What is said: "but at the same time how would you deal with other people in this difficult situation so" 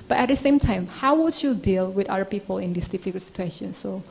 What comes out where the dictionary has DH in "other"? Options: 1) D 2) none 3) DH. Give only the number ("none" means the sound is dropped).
2